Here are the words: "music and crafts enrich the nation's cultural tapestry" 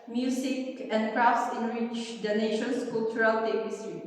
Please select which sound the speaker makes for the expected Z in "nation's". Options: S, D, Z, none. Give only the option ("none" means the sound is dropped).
S